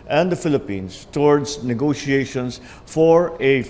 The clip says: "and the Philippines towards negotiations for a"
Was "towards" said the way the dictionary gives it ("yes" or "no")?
no